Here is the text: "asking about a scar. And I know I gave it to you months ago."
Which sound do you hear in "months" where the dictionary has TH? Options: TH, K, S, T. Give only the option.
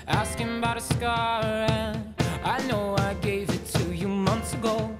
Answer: TH